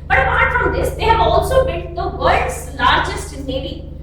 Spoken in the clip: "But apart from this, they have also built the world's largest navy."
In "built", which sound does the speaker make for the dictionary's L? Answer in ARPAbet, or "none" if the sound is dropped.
none